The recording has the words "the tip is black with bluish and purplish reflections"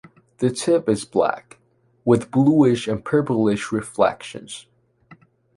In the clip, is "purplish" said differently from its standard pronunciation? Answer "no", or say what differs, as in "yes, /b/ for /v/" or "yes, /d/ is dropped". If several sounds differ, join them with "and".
no